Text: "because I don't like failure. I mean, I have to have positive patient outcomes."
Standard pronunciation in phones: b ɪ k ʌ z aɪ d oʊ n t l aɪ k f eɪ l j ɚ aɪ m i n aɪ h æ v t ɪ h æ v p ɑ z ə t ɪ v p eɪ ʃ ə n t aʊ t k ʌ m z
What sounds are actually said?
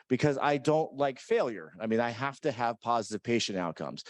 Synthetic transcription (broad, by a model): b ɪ k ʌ z aɪ d oʊ n t l aɪ k f eɪ l j ɚ aɪ m i n aɪ h æ f t ɪ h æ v p ɑ z ə t ɪ v p eɪ ʃ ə n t aʊ t k ʌ m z